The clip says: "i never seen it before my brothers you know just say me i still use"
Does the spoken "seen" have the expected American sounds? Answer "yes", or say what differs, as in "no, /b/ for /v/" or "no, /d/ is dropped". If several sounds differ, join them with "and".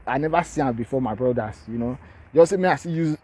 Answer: no, /n/ is dropped